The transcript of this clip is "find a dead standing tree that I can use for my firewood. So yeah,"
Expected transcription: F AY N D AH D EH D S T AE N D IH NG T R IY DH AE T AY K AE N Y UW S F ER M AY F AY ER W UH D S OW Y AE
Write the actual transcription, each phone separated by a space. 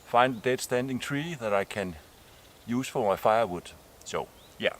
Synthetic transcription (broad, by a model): F AY N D AH D EH D S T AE N D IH NG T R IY DH AE T AY K AE N Y UW S F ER M AY F AY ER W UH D S OW Y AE